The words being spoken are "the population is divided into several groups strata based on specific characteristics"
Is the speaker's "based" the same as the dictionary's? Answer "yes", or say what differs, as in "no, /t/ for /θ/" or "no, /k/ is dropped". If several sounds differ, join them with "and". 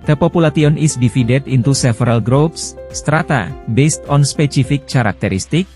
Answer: yes